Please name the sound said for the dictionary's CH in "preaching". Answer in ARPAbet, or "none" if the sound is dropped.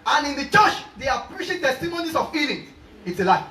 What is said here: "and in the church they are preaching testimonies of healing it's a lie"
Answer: SH